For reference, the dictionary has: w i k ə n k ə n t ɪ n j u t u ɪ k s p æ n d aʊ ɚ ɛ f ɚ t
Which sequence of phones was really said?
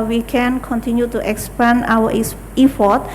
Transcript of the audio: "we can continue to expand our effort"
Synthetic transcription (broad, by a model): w i k ə n k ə n t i n j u t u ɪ k s p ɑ n aʊ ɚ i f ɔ t